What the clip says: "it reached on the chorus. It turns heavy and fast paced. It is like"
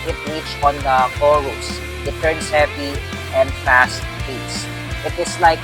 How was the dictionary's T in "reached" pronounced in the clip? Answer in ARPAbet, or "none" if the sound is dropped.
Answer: none